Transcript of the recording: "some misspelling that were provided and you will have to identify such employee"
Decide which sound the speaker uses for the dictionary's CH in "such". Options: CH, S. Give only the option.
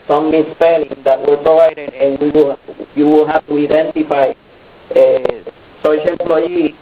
S